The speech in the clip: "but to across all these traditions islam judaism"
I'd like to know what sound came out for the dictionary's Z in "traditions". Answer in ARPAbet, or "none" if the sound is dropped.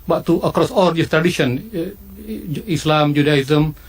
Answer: none